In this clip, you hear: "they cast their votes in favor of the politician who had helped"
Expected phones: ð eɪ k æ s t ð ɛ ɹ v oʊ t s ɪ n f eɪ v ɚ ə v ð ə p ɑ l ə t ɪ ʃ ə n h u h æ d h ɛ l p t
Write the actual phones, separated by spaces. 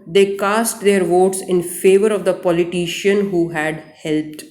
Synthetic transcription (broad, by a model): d eɪ k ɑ s t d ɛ ɹ v oʊ t s ɪ n f eɪ v ɚ ə v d ə p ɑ l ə t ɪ ʃ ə n h u h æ d h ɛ l p t